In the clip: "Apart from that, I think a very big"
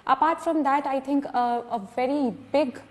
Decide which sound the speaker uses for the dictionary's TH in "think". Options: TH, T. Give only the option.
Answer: T